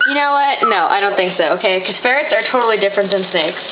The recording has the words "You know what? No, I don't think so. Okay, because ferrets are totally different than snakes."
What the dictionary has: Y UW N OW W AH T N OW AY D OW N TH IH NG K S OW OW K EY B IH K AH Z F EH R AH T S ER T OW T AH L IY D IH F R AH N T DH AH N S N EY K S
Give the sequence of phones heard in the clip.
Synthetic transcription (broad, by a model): Y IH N OW W AH T N OW AY D OW N TH IH NG K S OW OW K EY IH K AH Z F EH R AH T S ER T OW T L IY D IH F R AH N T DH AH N S N EY K S